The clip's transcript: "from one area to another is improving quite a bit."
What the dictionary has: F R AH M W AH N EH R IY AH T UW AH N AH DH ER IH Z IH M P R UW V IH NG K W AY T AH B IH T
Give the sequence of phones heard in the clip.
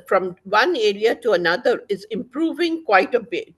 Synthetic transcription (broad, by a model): F R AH M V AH N EH R IY AH T UW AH N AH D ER IH Z IH M P R UW V IH NG K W AY T AH B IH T